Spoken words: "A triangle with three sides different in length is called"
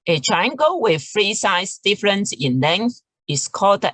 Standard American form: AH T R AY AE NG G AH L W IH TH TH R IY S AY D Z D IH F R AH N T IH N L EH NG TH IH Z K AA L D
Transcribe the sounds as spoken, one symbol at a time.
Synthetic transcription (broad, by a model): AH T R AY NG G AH W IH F R IY S AY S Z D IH F R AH N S IH N L EH NG TH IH S K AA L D